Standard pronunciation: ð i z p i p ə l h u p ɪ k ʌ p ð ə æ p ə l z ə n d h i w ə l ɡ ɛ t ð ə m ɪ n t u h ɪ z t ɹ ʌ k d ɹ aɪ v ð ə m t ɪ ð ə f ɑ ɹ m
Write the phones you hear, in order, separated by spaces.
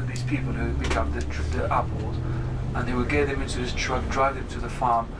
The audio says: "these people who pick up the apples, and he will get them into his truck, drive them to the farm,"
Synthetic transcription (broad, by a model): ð i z p i p ə l h u b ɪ k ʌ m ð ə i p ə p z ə n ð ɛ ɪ w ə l ɡ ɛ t ð ə m ɪ n t u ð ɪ s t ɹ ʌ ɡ d ɹ aɪ v ð ə m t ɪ ð ə f ɑ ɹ m